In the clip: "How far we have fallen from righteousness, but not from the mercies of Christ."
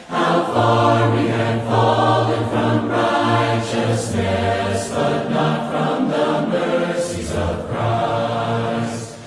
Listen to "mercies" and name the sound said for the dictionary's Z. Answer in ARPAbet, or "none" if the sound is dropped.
Z